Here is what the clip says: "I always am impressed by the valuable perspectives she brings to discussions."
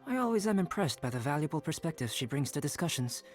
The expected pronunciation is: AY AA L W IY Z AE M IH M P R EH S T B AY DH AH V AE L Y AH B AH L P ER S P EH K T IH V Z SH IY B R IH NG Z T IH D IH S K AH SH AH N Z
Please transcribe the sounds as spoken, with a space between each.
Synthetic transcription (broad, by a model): AY AA L W IY Z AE M IH M P R EH S T B AY DH AH V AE L Y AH B L P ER S P EH K T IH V SH IY B R IH NG Z T IH D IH S K AH SH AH N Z